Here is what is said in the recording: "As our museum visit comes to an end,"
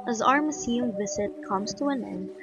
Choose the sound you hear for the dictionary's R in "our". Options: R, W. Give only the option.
R